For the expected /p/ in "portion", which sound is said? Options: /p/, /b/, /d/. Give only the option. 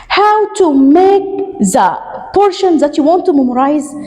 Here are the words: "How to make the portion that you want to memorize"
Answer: /p/